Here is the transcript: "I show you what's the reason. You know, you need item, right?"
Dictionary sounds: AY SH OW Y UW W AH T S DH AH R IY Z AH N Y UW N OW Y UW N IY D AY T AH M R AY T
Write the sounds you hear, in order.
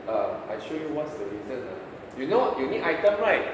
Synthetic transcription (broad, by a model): AY SH OW Y UW W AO T S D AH R IY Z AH N Y UW N OW Y UW N IY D AY T AH M R AY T